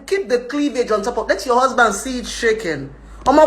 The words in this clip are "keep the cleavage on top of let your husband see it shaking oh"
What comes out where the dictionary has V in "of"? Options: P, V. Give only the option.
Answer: P